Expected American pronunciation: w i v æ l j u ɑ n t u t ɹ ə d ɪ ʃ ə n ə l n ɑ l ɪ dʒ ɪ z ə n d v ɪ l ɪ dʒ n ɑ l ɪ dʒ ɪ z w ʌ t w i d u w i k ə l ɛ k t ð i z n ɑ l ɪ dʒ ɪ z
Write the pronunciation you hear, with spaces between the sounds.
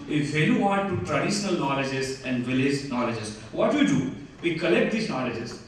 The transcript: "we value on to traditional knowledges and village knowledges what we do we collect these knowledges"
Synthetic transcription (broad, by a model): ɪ f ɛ j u ɑ n t u t ɹ ə d ɪ ʃ ə n ə l n ɑ l ɪ dʒ ɪ z ə n d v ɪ l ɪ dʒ n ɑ l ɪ dʒ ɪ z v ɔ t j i d u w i k ə l ɛ k t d i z n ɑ l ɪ dʒ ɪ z